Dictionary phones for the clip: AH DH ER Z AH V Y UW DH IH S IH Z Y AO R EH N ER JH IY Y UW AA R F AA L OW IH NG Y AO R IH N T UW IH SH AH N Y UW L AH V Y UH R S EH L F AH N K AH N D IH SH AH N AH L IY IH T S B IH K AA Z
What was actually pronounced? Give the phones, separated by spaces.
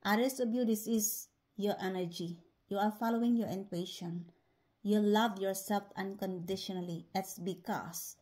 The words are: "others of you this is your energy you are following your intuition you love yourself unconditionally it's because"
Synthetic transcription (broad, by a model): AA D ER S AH B Y UW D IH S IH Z Y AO R EH N ER JH IY Y UW AA R F AA L OW IH NG Y AO R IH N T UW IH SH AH N Y UW L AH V Y UH R S EH L F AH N K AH N D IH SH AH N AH L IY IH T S B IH K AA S